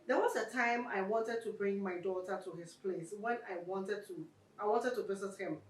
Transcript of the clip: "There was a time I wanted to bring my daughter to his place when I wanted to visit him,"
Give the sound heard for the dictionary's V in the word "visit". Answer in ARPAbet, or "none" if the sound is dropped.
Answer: W